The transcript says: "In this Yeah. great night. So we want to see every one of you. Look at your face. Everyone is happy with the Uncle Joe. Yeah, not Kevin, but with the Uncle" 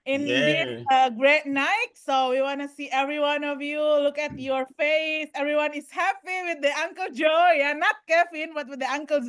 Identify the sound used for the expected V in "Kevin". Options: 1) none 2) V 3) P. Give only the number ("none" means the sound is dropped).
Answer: 3